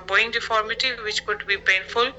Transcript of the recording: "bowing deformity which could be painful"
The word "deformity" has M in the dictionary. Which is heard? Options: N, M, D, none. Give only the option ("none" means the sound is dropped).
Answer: M